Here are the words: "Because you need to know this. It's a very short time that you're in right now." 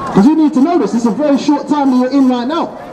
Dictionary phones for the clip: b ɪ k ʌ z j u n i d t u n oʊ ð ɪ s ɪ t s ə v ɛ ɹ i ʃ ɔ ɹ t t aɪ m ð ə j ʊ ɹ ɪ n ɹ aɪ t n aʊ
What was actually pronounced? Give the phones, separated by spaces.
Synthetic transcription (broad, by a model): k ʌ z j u n i d t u n oʊ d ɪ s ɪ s ə v ɛ ɹ i ʃ ɔ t t aɪ m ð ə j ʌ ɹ ɪ n l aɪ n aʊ